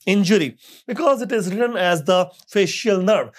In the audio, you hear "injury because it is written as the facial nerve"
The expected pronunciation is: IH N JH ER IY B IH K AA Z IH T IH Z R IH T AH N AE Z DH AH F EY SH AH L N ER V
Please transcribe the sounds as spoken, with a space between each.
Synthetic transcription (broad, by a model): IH N JH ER IY B IH K AA Z IH T IH Z R IH T AH N AE Z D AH F EY SH AH L N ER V